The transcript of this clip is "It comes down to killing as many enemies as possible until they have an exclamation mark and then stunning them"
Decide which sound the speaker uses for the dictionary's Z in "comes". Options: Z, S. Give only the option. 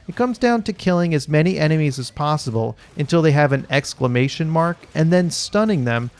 Z